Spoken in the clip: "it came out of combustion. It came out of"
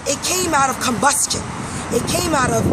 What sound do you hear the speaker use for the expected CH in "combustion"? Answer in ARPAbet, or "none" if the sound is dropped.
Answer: CH